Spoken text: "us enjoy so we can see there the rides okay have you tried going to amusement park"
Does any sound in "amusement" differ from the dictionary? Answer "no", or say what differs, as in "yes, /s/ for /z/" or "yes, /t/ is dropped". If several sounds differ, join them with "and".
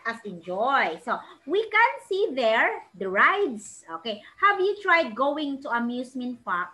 yes, /s/ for /z/